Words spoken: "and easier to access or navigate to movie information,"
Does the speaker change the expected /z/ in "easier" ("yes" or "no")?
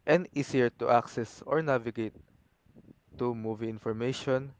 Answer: yes